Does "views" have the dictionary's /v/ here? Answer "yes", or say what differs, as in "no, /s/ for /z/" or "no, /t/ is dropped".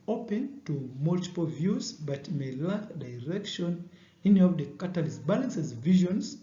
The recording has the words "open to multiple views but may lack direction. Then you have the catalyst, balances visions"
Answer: yes